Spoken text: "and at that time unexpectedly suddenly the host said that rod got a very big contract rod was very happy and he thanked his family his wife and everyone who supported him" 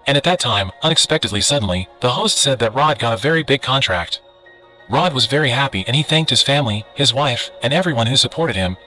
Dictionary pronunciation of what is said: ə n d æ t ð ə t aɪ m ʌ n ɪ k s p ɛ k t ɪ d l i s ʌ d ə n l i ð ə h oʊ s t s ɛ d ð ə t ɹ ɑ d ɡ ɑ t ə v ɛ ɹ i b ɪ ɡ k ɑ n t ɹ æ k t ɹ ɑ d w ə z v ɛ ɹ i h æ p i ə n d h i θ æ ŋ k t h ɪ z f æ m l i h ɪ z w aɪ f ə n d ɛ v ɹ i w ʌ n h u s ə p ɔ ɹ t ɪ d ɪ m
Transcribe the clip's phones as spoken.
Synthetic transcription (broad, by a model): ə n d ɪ t ð ə t aɪ m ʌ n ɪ k s p ɛ k t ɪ d l i s ʌ d n l i ð ə h oʊ s t s ɛ d ð ə t ɹ ɑ d ɡ ɑ t ə v ɛ ɹ i b ɪ ɡ k ɑ n t ɹ æ k t ɹ ɑ d w ə z v ɛ ɹ i h æ p i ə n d i θ æ ŋ k t h ɪ z f æ m l i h ɪ z w aɪ f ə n ɛ v ɹ i w ʌ n h u s ə p ɔ ɹ t ɪ d ɪ m